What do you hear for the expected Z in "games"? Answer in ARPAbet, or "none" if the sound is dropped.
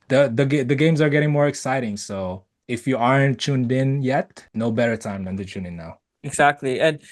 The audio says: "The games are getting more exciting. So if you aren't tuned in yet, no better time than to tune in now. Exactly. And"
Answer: Z